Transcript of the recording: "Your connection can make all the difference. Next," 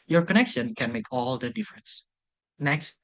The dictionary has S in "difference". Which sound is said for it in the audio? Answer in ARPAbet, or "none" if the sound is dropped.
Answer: S